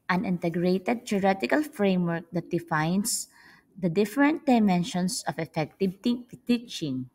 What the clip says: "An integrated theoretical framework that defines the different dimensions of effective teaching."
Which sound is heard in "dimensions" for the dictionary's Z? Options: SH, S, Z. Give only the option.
S